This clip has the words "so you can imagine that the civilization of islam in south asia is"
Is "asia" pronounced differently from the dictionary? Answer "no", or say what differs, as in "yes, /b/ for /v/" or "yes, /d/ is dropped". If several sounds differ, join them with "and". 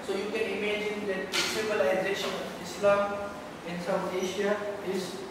yes, /ʃ/ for /ʒ/